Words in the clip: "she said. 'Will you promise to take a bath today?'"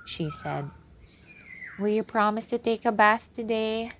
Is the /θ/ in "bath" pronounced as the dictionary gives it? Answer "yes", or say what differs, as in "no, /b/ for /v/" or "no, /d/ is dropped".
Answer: yes